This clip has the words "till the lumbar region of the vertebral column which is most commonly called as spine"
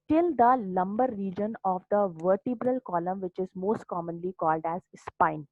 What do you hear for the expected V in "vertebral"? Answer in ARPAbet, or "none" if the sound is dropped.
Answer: V